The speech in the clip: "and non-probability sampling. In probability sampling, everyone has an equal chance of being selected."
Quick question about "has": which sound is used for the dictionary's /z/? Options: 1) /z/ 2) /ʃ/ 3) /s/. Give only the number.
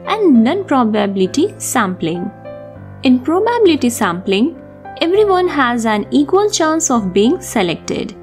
1